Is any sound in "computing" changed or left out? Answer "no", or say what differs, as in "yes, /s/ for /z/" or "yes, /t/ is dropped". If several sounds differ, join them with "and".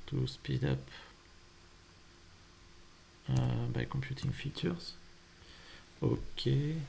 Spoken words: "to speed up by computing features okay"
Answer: no